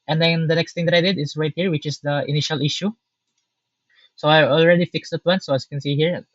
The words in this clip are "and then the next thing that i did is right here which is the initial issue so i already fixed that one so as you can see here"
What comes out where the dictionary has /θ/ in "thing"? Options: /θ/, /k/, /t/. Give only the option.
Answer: /t/